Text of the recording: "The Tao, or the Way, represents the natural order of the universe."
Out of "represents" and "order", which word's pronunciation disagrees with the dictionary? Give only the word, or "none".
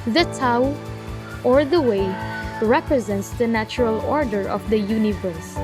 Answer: none